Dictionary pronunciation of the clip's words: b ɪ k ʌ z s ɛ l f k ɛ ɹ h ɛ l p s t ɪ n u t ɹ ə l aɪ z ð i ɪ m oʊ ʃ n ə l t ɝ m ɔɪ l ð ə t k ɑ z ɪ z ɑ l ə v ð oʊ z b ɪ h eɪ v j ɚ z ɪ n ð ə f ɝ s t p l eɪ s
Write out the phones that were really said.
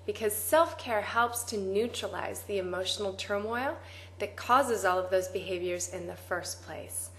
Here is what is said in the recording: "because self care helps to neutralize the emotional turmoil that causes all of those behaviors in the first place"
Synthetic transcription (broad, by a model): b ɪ k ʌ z s ɛ l f k ɛ ɹ h ɛ l p s t ɪ n u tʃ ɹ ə l aɪ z ð i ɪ m oʊ ʃ n l t ɝ m ɔɪ l ð ə t k ɑ z ɪ z ɑ l ə v ð oʊ z b ɪ h eɪ v j ɚ z ɪ n ð ə f ɝ s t p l eɪ s